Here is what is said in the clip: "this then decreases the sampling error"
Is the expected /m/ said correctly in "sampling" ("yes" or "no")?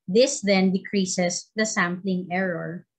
yes